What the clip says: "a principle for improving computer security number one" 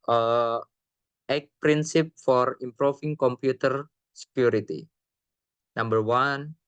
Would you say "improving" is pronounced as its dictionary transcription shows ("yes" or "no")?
no